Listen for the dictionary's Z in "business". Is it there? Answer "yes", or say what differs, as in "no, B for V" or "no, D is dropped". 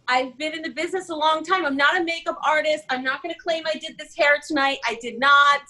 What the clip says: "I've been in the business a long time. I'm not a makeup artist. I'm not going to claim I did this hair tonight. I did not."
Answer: yes